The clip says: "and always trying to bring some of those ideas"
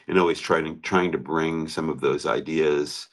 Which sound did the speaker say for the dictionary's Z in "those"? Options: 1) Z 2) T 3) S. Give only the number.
1